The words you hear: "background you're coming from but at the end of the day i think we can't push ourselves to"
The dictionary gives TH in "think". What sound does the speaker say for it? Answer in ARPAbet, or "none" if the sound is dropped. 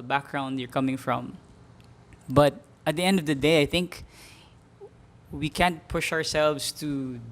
TH